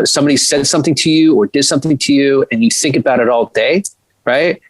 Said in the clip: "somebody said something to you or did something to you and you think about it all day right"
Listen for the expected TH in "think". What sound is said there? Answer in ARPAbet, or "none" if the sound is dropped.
TH